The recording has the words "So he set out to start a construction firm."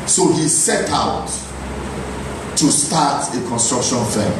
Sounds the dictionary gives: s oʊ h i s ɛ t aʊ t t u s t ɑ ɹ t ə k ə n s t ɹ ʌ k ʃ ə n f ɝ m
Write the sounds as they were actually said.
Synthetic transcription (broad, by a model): s oʊ h i s ɛ t aʊ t t u s t ɑ t ə k ə n s t ɹ ʌ k ʃ ə n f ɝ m